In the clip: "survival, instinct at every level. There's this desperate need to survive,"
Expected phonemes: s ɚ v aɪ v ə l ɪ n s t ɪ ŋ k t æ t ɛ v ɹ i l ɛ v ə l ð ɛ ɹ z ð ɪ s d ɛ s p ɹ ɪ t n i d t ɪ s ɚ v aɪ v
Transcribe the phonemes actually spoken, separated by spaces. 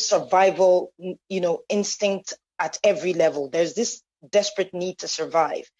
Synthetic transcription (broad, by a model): s ɚ v aɪ v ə l ɪ n s t ɪ ŋ k t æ t ɛ v ɹ i l ɛ v ə l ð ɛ ɹ z ð ɪ s d ɛ s p ɹ ɪ t n i d t ɪ s ɚ v aɪ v